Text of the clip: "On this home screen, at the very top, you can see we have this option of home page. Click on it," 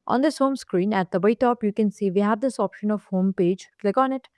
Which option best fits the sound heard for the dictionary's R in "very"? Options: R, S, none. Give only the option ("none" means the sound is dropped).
none